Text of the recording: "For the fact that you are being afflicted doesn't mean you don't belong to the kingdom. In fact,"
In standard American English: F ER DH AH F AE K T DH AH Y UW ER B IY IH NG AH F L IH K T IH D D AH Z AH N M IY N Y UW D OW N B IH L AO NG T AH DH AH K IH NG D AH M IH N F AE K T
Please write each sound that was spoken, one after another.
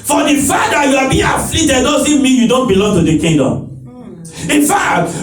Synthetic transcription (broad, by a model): F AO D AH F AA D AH Y UW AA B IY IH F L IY T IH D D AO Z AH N M IY N Y UW D OW N B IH L AO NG T AH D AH K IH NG D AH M IH N F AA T